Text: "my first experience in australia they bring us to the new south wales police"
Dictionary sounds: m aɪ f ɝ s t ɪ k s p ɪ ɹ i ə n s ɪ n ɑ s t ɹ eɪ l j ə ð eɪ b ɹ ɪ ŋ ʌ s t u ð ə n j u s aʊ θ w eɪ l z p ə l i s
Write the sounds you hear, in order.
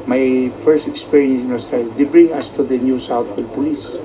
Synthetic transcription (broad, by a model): m aɪ f ɝ s t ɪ k s p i ɹ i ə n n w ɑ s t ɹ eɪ j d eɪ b ɹ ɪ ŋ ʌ s t u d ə n j u s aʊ t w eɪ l p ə l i s